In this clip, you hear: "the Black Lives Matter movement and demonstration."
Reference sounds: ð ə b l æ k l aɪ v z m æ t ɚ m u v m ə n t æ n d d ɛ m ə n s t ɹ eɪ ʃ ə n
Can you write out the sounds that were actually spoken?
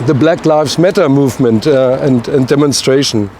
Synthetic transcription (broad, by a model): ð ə b l æ k l aɪ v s m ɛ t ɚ m u v m ə n t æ n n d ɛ m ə n s t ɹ eɪ ʃ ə n